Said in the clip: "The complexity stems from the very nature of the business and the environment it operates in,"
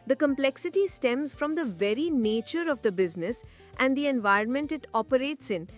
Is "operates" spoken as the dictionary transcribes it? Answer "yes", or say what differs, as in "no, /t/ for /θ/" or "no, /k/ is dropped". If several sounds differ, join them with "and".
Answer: yes